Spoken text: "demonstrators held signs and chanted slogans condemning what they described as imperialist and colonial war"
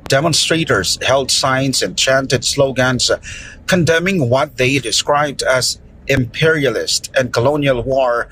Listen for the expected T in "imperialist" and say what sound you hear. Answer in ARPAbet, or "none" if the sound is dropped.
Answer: T